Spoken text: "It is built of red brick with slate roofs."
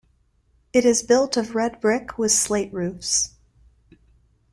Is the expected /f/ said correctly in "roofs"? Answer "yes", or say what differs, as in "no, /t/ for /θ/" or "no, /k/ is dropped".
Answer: yes